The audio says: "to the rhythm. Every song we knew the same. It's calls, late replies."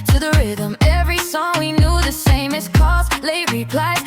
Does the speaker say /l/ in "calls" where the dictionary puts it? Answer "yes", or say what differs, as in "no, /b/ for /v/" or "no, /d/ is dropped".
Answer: no, /l/ is dropped